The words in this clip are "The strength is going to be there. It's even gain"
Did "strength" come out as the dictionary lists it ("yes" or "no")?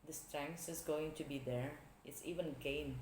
no